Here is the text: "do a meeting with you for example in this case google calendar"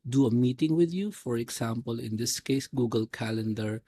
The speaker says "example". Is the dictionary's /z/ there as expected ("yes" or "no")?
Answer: no